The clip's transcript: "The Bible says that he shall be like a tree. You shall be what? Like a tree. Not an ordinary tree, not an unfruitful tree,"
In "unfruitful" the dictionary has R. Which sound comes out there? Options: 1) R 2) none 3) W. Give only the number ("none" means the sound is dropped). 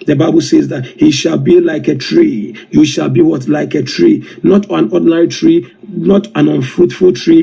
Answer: 2